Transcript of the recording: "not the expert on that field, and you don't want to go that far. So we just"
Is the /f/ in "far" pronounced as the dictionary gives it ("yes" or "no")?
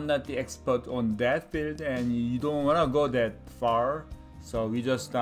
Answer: yes